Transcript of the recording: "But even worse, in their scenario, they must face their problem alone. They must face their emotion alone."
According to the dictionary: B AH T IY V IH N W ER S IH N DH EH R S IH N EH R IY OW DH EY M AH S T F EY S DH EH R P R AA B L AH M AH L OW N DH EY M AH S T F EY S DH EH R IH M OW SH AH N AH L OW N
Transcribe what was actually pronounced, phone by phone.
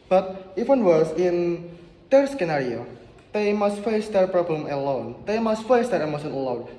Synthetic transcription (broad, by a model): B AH T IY W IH N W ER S IH N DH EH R S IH N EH R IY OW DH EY M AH S T F EY S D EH R P R AA B L AH M AH L OW N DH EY M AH S T F EY S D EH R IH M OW S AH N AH L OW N